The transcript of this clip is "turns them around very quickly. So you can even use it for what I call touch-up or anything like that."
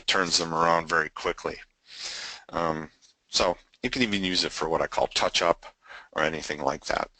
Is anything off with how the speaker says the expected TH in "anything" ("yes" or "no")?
no